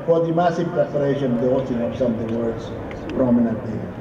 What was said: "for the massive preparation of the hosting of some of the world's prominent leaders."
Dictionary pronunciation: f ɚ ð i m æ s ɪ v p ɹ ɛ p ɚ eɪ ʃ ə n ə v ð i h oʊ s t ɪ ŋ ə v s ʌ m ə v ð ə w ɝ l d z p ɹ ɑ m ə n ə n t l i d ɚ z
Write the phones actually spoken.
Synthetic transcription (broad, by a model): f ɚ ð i m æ s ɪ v p ɹ ɛ p ɚ eɪ ʃ ə n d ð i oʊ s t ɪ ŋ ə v s ʌ m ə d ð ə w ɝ d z p ɹ ɑ m ə n ə n t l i